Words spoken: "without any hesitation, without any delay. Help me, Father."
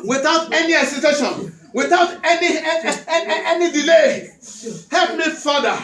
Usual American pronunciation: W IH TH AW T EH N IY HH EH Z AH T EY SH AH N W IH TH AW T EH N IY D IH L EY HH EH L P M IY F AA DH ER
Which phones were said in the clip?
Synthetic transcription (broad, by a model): W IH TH AW T EH N IY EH S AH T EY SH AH N W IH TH AW T EH N IY D IH L EY HH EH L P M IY F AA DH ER